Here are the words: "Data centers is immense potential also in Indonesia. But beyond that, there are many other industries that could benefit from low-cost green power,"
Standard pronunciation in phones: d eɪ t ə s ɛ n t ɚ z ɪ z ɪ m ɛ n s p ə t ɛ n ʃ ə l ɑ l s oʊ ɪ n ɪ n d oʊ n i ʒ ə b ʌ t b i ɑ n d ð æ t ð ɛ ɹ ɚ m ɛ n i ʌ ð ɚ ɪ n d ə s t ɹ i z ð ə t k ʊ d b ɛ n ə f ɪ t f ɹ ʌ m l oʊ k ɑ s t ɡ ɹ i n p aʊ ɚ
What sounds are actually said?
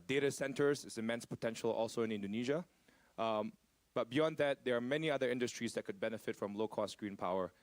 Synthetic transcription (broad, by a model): d eɪ t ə s ɛ n t ɚ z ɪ s ɪ m ɛ n s p ə t ɛ n ʃ ə l ɑ l s oʊ ɪ n ɪ n d oʊ n i ʒ ə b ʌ t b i ɑ n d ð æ t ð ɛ ɹ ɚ m ɛ n i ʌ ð ɚ ɪ n d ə s t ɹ i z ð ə t k ʊ d b ɛ n ə f ɪ t f ɹ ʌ m l oʊ k ɑ s t ɡ ɹ i n p aʊ ɚ